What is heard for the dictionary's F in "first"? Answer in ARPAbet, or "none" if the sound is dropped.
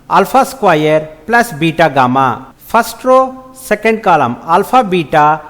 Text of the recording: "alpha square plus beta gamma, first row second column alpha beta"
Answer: P